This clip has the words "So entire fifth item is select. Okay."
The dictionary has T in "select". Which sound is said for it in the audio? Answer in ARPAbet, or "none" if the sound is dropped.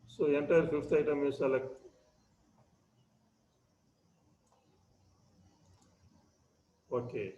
none